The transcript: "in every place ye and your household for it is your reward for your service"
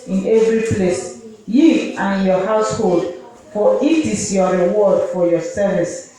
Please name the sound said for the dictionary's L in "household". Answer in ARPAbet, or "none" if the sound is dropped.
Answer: L